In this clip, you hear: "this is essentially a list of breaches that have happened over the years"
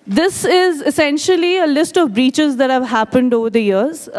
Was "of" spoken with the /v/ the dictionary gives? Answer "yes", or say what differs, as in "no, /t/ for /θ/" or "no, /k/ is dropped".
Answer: yes